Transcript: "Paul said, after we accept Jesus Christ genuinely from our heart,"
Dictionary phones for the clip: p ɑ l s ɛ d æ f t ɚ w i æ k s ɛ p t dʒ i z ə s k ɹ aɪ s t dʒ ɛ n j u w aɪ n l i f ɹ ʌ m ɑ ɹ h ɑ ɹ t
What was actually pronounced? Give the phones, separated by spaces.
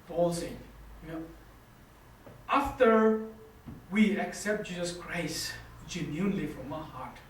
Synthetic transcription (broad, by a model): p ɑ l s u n æ f t ɚ w i æ k s ɛ p t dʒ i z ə s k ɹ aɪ s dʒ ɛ n j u n l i f ɹ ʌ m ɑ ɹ h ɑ ɹ t